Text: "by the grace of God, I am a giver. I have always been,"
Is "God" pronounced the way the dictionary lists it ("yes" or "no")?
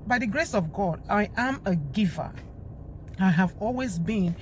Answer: yes